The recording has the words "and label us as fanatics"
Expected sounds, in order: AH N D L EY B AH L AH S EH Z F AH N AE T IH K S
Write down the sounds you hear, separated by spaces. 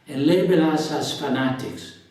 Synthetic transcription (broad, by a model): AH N L EY B AH L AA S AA S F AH N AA T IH K S